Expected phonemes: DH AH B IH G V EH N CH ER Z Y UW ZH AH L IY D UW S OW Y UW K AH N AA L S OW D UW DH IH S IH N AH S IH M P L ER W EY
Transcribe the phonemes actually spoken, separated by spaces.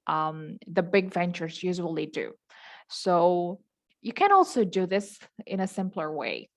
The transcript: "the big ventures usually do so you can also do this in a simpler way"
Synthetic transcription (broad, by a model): DH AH B IH G V EH N CH ER Z Y UW ZH AH L IY D UW S OW Y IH K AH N AA L S OW D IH DH IH S IH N AH S IH M P L ER W EY